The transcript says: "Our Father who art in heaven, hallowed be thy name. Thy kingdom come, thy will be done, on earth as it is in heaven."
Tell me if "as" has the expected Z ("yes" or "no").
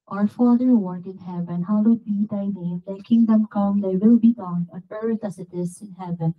no